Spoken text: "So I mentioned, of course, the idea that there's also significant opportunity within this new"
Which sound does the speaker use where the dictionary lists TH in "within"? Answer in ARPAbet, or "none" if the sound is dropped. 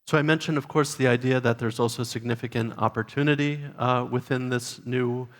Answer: TH